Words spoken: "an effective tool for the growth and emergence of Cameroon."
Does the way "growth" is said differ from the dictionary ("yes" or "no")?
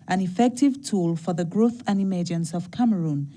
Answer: no